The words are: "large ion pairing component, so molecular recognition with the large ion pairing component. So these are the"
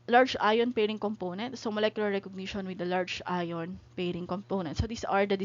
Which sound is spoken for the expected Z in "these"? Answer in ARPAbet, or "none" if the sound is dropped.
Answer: S